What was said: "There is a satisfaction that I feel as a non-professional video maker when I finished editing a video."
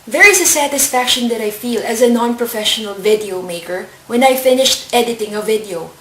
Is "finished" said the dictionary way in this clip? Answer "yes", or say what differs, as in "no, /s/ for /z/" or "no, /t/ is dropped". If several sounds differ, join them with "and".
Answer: yes